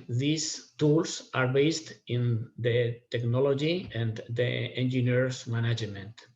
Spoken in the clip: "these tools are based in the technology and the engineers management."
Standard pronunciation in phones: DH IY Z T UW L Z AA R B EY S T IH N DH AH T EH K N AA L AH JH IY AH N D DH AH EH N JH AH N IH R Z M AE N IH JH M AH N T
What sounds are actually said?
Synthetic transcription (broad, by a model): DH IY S T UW L S AA R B EY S T IH N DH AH T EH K N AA L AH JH IY AH N D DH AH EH N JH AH N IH R S M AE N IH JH M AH N T